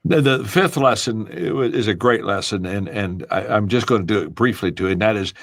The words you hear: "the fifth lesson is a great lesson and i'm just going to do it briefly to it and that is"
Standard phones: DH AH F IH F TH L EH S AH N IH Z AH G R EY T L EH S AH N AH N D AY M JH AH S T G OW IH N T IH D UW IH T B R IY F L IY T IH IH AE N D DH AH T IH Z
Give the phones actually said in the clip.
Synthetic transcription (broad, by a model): DH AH F IH F TH L EH S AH N IH Z AH G R EY T L EH S AH N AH N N AY M JH AH S G OW IH N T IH D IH IH T B R IY F L IY T IH IH N DH AH T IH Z